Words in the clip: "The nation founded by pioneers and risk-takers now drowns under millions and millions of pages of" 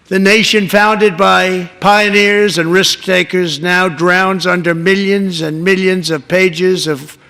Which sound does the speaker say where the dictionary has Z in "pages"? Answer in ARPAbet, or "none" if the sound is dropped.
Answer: Z